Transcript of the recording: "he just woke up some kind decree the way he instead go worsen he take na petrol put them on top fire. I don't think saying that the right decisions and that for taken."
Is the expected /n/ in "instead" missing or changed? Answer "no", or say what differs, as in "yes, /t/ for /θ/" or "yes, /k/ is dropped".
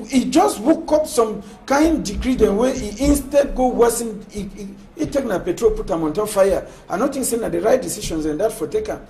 no